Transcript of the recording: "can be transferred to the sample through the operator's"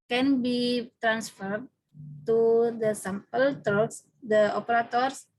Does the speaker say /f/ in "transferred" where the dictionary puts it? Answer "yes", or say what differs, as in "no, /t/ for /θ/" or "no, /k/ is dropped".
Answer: yes